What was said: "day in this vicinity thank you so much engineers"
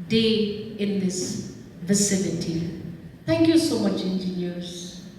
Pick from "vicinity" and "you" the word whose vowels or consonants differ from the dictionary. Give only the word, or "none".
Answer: none